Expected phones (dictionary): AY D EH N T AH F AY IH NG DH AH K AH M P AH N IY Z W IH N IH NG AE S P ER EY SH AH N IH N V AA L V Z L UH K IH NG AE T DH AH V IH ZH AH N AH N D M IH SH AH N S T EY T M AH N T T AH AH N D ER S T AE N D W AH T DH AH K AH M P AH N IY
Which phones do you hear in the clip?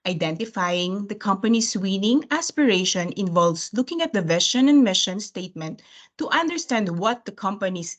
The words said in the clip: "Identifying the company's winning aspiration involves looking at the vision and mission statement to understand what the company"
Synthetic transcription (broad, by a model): AY D EH N T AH F AY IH NG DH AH K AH M P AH N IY S W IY N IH NG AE S P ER EY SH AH N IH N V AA L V S L UH K IH NG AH T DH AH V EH SH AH N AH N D M IH SH AH N S T EY T M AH N T T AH AH N D ER S T AE N D W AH T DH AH K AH M P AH N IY